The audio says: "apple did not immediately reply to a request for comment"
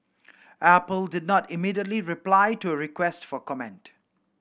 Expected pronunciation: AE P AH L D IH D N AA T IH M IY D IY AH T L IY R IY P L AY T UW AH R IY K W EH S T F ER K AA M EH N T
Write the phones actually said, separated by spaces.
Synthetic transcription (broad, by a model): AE P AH L D IH D N AA T IH M IY D IY AH T L IY R IY P L AY T UW AH R IY K W EH S T F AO K AA M EH N T